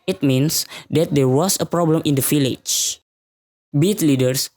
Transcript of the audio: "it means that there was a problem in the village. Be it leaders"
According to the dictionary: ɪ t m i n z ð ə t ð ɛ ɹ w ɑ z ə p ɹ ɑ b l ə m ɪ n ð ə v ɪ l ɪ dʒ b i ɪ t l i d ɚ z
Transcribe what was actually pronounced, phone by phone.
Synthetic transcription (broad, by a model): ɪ t m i n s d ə t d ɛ ɹ w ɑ s ə p ɹ ɑ b l ə m ɪ n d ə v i l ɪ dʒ b i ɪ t l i d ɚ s